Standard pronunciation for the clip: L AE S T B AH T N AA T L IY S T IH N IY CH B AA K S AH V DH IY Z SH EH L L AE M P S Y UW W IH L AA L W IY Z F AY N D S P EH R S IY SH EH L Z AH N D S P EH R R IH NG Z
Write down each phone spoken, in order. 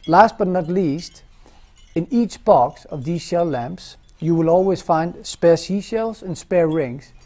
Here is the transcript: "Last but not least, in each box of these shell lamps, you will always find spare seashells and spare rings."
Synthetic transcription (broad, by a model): L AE S T B AH T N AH T L IY S T IH N IY CH B AA K S AH V DH IY Z SH EH L L AE M P S Y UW W IH L AA L W IY Z F AY N D S P EH R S IY SH EH L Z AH N S P EH R R IH NG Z